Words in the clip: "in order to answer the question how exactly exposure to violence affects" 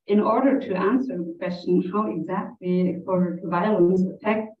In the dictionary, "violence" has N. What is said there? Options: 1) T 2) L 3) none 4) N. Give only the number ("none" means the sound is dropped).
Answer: 3